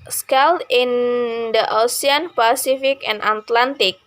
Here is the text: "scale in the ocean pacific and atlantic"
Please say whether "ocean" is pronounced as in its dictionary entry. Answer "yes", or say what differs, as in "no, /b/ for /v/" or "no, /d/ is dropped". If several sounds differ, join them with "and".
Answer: no, /s/ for /ʃ/